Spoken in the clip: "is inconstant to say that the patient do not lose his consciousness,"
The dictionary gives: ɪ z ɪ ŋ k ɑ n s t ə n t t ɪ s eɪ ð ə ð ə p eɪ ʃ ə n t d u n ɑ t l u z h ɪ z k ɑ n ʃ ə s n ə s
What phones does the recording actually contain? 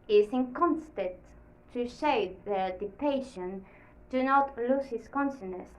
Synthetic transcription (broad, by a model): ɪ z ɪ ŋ k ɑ n s t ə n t t ɪ ʃ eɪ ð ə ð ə p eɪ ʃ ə n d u n ɑ t l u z h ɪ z k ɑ n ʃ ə n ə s